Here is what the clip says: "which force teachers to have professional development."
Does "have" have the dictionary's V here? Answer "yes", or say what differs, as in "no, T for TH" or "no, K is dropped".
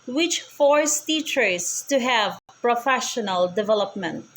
yes